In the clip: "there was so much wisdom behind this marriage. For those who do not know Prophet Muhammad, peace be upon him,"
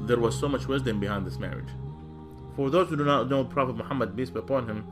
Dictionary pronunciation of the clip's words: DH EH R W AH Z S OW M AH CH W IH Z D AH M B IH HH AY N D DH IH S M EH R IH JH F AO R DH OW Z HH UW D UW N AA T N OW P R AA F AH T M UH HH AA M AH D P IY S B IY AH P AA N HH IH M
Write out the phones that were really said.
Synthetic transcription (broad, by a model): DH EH R W AH Z S OW M AH CH W IH Z D AH M B IH HH AY N D DH IH S M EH R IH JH F AO R DH OW Z HH UW D UW N AA T N OW P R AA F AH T M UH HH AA M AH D B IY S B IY AH P AA N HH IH M